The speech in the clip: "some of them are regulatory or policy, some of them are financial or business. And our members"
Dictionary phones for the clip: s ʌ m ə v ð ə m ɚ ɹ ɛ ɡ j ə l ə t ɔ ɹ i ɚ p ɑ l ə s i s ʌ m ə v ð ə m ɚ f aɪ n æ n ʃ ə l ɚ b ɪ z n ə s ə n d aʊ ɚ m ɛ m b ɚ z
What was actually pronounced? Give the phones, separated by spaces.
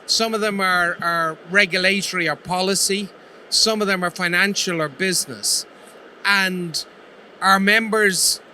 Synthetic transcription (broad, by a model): s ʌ m ə v ð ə m ɚ ɹ ɛ ɡ j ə l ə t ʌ ɹ i ɚ p ɑ l ə s i s ʌ m ə v ð ə m ɚ f aɪ n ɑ n ʃ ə l ɚ b ɪ z n ə s ə n d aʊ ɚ m ɛ m b ɚ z